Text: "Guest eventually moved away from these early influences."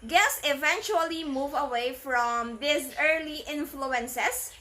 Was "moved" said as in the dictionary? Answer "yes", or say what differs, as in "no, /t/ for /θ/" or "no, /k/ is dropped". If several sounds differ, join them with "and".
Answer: no, /d/ is dropped